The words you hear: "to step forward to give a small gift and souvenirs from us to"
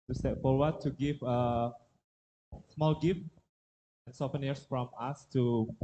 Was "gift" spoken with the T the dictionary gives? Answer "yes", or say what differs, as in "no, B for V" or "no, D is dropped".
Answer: no, T is dropped